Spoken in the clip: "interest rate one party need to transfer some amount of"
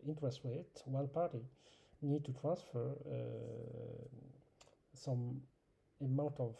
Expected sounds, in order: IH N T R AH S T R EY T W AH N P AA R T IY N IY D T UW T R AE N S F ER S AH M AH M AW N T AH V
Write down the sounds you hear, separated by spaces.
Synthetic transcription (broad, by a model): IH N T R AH S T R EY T W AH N P AA R T IY N IY D T UW T R AE N S F ER S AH M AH M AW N T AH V